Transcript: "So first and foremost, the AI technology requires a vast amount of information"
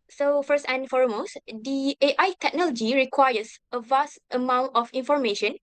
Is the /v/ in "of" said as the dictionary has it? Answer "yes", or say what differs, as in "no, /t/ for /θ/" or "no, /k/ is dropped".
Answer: no, /f/ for /v/